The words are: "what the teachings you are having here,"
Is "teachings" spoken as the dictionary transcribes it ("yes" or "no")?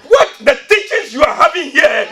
no